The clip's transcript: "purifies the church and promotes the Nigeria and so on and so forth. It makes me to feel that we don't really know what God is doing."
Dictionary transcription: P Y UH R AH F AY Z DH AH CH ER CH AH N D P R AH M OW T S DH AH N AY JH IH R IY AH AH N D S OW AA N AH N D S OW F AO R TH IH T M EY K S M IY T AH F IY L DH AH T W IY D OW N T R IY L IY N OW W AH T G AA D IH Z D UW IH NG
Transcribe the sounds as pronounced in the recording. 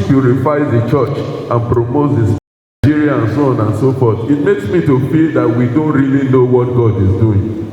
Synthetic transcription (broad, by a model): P Y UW R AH F AY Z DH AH CH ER CH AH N P R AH M OW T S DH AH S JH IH R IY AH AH N S OW AA N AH N S OW F AO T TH IH T M EY K S M IY T AH F IY L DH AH T W IY D OW N T R IY L IY N OW W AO T G AA D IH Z D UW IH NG